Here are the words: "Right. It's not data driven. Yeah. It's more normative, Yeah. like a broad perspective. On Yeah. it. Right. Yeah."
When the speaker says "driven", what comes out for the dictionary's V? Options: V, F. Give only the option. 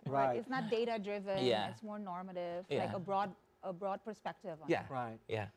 V